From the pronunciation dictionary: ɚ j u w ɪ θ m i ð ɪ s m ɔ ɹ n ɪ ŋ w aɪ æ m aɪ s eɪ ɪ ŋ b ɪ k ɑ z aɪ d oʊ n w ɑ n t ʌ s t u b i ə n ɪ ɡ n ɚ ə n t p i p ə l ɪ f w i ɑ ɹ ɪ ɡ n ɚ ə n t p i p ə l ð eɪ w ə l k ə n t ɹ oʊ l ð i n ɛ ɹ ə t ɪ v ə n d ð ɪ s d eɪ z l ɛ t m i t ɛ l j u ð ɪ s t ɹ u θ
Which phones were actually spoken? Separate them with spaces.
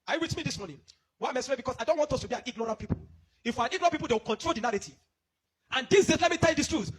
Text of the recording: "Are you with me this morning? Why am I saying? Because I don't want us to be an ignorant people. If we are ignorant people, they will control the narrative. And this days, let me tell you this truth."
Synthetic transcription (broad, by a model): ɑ j u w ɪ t m i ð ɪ s m ɔ n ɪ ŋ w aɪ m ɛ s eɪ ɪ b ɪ k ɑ s aɪ d oʊ n w ɑ n t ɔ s t u b i ə n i ɡ n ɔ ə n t p i p ə l ɪ f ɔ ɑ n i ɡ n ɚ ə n p i p ə l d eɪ w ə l k ə n t ɹ oʊ l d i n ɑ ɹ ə t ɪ ə n d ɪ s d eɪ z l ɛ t m i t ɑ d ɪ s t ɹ u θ